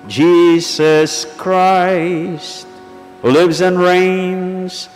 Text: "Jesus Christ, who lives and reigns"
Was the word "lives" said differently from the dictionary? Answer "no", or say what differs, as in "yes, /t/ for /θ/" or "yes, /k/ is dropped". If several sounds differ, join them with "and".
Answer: no